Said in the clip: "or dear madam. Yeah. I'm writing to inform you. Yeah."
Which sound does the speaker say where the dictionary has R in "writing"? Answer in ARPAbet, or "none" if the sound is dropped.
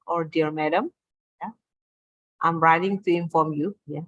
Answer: R